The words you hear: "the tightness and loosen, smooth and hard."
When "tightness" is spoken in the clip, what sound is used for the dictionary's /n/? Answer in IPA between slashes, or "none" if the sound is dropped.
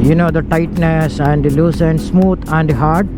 /n/